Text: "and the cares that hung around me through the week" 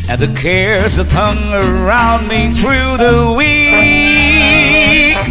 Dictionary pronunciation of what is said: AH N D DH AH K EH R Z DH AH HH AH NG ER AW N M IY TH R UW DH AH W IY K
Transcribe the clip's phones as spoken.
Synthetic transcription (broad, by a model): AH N DH AH K EH R Z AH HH AH NG ER AW N M IY TH R UW DH AH W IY